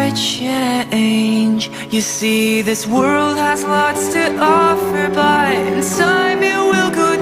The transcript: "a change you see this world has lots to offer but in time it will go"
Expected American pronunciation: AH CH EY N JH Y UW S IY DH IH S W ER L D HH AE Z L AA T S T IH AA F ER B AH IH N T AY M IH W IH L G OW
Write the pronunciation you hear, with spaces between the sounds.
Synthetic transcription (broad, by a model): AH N EY N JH Y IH S IY DH IH S W ER L D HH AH Z L AA T S T IH AA F ER B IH IH N S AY M IH W IH L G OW